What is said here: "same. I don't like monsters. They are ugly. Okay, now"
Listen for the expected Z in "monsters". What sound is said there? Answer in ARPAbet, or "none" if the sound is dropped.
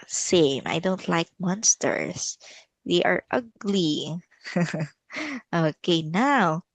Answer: S